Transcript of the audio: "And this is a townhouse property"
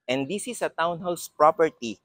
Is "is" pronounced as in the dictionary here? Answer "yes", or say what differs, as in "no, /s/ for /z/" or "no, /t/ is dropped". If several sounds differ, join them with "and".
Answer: no, /s/ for /z/